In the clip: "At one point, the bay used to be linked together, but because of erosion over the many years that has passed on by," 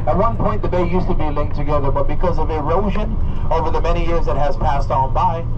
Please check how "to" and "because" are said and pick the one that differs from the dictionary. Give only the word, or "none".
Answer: none